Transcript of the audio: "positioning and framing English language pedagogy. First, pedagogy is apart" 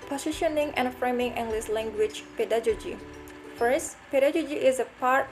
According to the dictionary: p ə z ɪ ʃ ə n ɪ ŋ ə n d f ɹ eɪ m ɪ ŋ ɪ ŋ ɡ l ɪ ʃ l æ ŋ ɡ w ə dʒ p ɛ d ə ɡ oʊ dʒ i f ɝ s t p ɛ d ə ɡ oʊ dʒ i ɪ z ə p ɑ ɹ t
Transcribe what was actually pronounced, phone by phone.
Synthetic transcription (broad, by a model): p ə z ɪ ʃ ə n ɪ ŋ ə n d f ɹ eɪ m ɪ ŋ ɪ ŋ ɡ l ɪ s l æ ŋ ɡ w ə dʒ p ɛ d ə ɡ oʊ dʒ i f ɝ s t p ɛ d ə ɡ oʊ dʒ i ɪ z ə p ɑ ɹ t